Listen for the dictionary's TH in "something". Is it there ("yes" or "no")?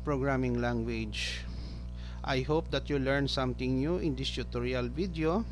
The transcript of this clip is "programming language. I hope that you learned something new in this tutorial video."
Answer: no